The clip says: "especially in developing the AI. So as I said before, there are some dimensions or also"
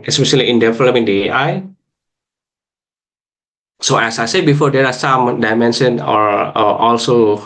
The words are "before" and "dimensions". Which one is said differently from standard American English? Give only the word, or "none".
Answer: dimensions